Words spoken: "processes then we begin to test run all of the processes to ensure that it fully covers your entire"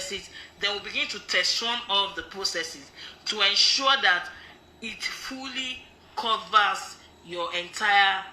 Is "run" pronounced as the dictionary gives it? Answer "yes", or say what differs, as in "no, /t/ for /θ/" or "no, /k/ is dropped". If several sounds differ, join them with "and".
no, /w/ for /ɹ/